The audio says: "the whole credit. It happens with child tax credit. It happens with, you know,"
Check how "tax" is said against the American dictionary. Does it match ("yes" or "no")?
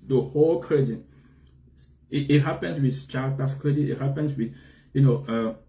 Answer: no